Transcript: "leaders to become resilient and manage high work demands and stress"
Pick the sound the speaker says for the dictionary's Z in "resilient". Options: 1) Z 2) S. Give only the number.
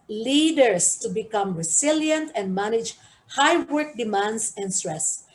2